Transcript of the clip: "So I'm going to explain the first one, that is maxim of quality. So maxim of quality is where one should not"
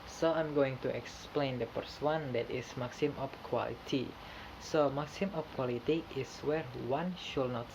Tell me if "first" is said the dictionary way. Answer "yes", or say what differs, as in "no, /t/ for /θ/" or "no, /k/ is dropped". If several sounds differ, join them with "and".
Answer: no, /p/ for /f/